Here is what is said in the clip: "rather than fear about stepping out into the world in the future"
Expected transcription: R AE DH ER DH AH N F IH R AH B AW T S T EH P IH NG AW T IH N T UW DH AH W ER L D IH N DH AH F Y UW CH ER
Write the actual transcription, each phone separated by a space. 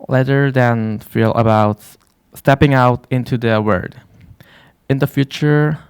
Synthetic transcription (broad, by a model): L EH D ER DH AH N F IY L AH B AW T S T EH P IH NG AW T IH N T UW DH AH W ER D IH N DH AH F Y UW CH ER